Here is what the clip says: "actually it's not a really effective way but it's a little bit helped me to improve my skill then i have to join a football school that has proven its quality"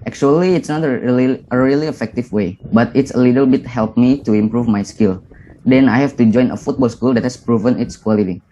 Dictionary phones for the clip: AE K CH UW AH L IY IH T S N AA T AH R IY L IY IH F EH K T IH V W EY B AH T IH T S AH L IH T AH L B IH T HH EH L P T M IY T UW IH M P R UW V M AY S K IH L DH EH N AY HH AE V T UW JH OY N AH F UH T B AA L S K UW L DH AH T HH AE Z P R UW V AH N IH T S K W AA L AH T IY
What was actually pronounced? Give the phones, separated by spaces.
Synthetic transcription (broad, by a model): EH K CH UW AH L IY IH T S N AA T AH R IY L IY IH F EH K T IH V W EY B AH T IH T S AH L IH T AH L B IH T HH EH L P M IY T UW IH M P R UW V M AY S K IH L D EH N AY HH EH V T UW JH OY N AH F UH T B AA L S K UW L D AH T HH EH S P R UW V AH N IH T S K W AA L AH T IY